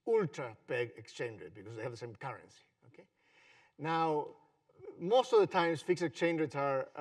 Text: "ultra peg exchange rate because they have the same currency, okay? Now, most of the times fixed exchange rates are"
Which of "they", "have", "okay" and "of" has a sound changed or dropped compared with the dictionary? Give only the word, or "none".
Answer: none